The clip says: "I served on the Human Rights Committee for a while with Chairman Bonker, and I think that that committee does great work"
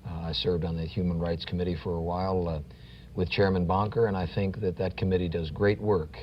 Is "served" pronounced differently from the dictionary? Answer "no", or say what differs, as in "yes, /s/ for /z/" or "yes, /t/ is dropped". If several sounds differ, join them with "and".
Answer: no